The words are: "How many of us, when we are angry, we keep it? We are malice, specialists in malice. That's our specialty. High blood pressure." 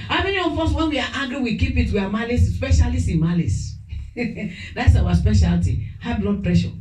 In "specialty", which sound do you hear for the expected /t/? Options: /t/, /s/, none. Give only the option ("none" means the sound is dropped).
/t/